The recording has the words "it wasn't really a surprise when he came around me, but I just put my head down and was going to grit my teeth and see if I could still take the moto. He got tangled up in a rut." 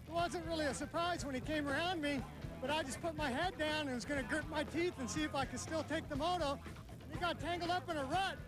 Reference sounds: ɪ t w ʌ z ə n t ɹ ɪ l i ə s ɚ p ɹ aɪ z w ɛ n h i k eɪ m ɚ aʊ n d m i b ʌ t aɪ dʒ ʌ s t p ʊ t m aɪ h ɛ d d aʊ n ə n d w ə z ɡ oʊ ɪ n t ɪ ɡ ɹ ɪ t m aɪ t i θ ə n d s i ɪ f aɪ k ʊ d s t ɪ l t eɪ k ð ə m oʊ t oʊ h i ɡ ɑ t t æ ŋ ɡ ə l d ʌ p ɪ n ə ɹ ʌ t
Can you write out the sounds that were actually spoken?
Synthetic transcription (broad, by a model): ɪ t w ʌ z ə n t ɹ ɪ l i ə s ɚ p ɹ aɪ z w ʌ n i k eɪ m ɚ aʊ n d m i b ʌ t aɪ dʒ ʌ s p ʊ t m aɪ h ɛ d d aʊ n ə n w ə z ɡ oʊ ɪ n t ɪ ɡ ɹ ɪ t m aɪ t i θ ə n s i ɪ f aɪ k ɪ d s t ɪ l t eɪ k ð ə m oʊ t oʊ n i ɡ ɑ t t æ ŋ ɡ l d ʌ p ɪ n ə ɹ ʌ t